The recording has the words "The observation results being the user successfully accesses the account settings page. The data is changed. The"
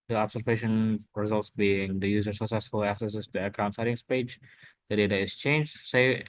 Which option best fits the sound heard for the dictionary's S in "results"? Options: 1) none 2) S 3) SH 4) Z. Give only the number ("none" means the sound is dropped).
2